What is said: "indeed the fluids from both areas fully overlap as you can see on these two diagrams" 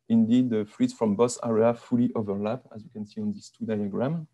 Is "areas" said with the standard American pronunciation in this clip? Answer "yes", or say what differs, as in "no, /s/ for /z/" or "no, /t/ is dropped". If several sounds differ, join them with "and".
no, /z/ is dropped